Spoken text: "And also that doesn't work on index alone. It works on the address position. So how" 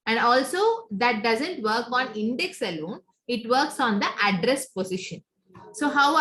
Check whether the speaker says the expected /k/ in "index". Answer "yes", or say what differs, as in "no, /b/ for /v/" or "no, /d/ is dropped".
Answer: yes